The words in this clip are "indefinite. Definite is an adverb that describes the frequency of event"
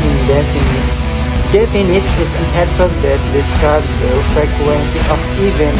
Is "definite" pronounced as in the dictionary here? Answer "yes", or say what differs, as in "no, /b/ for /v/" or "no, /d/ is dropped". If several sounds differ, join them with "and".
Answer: no, /p/ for /f/